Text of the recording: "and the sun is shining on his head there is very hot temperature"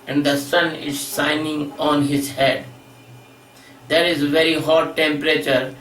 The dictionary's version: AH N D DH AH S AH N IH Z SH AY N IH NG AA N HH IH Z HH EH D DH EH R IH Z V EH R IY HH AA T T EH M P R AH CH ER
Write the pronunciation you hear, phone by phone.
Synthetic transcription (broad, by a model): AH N D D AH S AH N IH Z S AY N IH NG AA N HH IH Z HH EH D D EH R IH Z V EH R IY HH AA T T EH M P R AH CH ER